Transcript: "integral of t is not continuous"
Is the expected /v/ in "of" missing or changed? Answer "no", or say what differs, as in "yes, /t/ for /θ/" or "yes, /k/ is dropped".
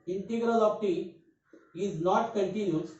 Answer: yes, /p/ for /v/